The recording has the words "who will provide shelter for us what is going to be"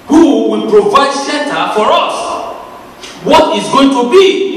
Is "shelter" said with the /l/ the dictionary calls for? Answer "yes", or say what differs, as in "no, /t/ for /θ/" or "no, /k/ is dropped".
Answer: no, /n/ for /l/